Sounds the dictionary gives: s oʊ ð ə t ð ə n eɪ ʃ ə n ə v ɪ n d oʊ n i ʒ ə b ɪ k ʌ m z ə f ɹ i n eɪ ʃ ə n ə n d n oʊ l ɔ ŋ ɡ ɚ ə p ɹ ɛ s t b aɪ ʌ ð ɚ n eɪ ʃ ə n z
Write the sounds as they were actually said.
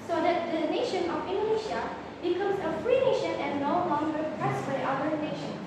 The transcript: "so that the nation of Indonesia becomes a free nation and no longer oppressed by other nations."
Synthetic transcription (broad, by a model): s oʊ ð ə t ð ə n eɪ ʃ ə n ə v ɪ n d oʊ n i ʃ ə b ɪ k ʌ m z ə f ɹ i n eɪ ʃ ə n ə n n oʊ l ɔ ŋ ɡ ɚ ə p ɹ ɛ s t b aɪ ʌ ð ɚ n eɪ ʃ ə n